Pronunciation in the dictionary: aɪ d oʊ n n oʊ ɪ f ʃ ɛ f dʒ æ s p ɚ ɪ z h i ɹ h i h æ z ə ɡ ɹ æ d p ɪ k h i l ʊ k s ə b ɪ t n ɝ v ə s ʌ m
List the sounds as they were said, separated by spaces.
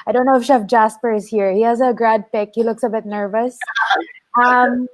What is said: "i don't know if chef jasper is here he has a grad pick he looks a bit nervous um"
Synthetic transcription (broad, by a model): aɪ d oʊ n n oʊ ɪ f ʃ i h dʒ æ s p ɚ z h i ɹ h i h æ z ə ɡ ɹ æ d p ɪ k h i l ʊ k s ə b ɪ t n ɝ v ə s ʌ m